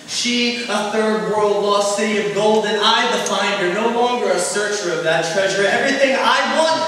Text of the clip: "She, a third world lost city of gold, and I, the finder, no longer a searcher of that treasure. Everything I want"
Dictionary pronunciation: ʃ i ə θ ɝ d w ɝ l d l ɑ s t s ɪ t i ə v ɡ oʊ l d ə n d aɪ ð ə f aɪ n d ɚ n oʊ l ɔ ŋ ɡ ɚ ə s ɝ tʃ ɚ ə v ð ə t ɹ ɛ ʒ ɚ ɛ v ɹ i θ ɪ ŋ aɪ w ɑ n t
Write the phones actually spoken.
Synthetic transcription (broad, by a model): ʃ i ə θ ɝ d w ɝ l d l ɑ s s ɪ t i ə v ɡ oʊ l d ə n aɪ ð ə f aɪ n d ɚ n oʊ l ɔ ŋ ɡ ɚ ə s ɝ tʃ ɚ ə v ð ə t ɹ ɛ ʒ ɚ ɛ v ɹ i θ ɪ ŋ aɪ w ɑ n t